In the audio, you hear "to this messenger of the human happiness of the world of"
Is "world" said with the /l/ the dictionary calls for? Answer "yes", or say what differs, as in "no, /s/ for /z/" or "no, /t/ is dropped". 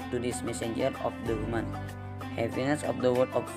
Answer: no, /l/ is dropped